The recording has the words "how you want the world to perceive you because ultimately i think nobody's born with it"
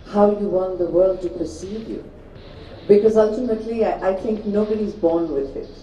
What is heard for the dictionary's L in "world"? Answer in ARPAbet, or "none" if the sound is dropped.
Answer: L